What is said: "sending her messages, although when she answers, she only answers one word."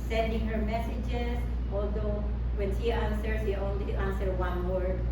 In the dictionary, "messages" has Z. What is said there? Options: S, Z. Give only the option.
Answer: S